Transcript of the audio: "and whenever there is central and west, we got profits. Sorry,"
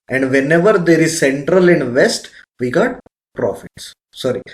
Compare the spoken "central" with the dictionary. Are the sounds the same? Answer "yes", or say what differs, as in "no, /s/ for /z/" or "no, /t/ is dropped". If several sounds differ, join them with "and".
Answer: yes